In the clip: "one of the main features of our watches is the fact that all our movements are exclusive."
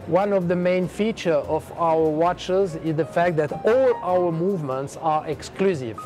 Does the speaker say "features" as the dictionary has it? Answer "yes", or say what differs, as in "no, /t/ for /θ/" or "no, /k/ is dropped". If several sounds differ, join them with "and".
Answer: no, /z/ is dropped